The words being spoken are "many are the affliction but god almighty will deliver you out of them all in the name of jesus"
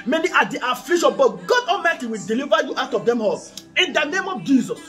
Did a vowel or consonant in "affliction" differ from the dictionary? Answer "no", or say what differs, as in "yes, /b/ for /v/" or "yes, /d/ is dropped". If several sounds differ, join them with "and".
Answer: yes, /k/ is dropped